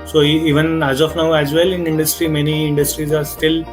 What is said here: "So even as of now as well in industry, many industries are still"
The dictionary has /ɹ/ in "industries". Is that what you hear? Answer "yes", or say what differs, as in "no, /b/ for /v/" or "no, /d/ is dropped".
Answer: yes